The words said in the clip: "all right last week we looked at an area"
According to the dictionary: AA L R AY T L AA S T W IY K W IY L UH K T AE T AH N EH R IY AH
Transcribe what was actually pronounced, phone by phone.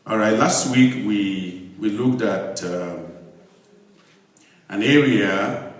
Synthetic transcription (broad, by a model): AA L R AY T L AA S T W IY K W IY L UH K T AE T AH N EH R IY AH